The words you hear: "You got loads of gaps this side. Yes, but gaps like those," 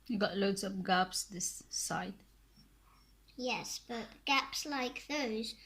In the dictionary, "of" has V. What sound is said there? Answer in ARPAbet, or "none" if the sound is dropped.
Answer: P